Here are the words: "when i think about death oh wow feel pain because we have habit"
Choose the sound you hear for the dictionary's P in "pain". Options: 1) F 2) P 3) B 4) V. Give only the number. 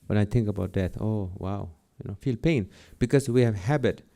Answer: 2